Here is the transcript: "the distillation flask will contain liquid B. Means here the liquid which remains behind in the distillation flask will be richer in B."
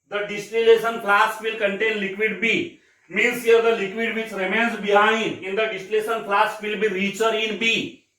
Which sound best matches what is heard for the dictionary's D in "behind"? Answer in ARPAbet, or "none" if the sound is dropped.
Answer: none